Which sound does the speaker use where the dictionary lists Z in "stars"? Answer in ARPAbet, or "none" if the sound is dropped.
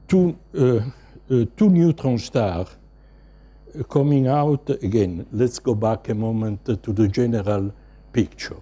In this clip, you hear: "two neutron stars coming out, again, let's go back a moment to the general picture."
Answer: none